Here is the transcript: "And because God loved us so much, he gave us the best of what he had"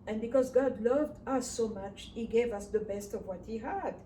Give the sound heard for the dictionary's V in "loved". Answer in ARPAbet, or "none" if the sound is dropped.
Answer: V